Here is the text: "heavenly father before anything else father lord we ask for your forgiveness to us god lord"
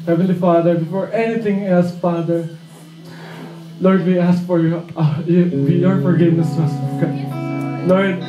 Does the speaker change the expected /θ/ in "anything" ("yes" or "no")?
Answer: yes